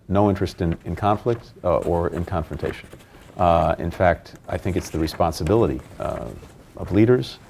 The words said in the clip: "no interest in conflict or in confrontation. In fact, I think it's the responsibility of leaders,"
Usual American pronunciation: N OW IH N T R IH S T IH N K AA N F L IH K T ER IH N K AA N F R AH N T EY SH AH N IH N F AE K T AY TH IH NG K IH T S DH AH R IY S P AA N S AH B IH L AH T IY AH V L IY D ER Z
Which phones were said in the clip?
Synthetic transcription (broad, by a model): N OW IH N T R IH S T IH N K AA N F L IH K T ER IH N K AA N F R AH N T EY SH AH N IH N F AE K T AY TH IH NG K IH T S DH AH R IY S P AA N S AH B IH L AH T IY AH V L IY D ER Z